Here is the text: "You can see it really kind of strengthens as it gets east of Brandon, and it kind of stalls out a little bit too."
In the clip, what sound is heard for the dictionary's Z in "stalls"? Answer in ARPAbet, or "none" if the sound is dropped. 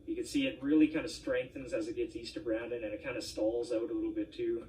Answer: Z